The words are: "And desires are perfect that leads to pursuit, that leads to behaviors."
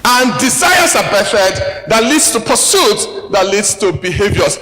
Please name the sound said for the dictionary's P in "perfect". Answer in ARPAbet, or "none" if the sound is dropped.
B